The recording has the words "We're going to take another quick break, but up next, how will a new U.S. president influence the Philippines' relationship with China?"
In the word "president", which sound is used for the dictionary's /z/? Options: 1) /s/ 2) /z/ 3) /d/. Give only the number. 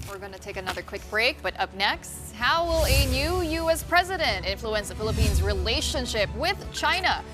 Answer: 2